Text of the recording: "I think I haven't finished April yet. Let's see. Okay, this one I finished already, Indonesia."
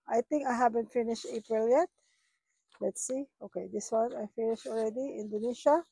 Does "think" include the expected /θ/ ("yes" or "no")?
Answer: no